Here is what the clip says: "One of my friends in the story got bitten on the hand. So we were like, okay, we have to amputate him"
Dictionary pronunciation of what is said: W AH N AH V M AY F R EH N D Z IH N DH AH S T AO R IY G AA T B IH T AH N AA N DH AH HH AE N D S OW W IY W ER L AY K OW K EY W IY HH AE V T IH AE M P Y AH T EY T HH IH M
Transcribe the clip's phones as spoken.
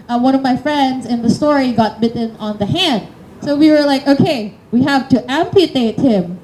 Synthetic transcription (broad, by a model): W AH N AH V M AY F R EH N D Z IH N DH AH S T AO R IY G AA T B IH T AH N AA N DH AH HH AE N D S OW W IY W ER L AY K OW K EY W IY HH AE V T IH AE M P Y AH T EY T HH IH M